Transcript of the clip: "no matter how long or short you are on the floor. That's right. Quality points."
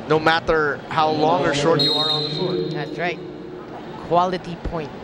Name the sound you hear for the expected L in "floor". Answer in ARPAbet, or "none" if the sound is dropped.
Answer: none